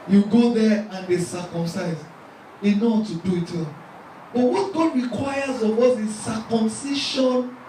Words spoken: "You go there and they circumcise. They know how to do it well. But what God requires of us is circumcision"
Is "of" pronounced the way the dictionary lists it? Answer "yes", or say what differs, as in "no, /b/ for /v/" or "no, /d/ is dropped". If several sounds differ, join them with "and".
no, /w/ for /v/